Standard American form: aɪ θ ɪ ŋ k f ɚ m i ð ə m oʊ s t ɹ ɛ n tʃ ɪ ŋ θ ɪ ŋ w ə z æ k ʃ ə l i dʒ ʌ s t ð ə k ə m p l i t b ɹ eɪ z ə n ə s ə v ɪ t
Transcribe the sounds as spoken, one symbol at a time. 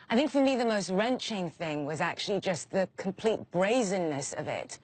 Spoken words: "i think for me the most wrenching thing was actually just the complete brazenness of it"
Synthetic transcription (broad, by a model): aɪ θ ɪ ŋ k f ɚ m i ð ə m oʊ s t ɹ ɛ n tʃ ɪ ŋ θ ɪ ŋ w ə z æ k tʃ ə l i dʒ ʌ s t ð ə k ə m p l i t b ɹ eɪ z ə n ə s ə v ɪ t